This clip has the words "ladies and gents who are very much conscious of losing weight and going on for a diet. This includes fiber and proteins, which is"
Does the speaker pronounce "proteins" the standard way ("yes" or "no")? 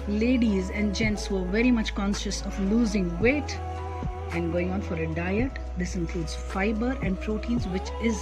yes